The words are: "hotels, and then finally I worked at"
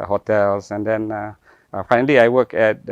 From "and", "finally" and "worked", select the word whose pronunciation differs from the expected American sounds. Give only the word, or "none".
worked